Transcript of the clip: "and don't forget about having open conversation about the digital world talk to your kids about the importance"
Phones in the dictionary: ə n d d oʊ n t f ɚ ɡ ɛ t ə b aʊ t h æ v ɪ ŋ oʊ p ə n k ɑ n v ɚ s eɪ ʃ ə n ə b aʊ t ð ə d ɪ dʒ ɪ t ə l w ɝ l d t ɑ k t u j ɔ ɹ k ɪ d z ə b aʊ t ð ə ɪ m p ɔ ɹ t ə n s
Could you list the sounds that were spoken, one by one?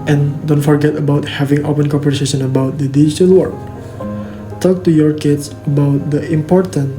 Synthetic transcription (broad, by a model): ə n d d oʊ n t f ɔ ɡ ɛ t ə b aʊ t h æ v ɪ ŋ oʊ p ə n k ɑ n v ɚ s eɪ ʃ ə n ə b aʊ t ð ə d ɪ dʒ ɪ t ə l w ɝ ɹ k t ɑ k t u j ɔ ɹ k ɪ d s ə b aʊ t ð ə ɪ m p ɔ ɹ t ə n